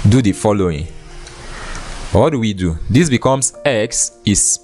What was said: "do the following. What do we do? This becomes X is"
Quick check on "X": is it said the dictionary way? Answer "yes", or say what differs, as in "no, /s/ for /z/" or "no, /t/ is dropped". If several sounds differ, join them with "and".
yes